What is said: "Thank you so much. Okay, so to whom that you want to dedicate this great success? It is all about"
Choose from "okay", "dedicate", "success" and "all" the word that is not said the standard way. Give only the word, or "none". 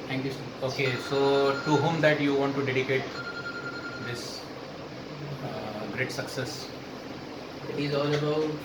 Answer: none